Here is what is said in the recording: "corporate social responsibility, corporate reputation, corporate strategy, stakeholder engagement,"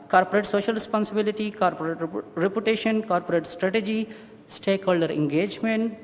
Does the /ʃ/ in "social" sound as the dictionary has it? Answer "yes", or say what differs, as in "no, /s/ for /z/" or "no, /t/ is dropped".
yes